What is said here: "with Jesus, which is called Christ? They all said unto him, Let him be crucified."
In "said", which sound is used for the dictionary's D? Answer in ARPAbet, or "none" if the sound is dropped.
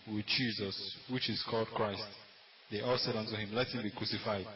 D